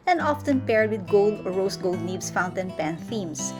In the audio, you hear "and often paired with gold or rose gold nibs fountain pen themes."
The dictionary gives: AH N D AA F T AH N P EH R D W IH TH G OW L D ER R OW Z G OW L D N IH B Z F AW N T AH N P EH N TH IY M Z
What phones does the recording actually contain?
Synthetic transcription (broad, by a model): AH N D AA F T AH N P EH R D W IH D G OW L D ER R OW S G OW L D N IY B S F AW N T AH N P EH N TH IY M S